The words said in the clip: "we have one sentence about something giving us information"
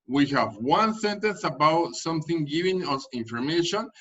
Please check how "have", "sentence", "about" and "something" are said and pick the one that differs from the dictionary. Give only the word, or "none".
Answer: none